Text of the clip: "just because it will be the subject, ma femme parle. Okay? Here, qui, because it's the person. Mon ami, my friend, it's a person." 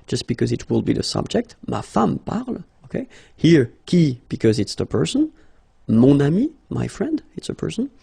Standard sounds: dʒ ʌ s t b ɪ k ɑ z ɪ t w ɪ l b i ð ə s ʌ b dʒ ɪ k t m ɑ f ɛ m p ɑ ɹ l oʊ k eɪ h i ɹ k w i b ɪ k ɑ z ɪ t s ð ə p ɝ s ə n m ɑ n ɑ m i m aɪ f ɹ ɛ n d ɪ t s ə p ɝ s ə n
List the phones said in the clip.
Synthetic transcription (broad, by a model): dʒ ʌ s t b ɪ k ɑ z ɪ t w ɪ l b i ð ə s ʌ b dʒ ɪ k t m ɑ f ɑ m p ɑ ɹ l oʊ k eɪ h i ɹ k i b ɪ k ɑ z ɪ t s ð ə p ɝ s ə n m ɑ n ɑ m i m aɪ f ɹ ɛ n d ɪ t s ə p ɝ s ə n